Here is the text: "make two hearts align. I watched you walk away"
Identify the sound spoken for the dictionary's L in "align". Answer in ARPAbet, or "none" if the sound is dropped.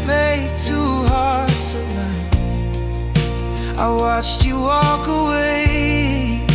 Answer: N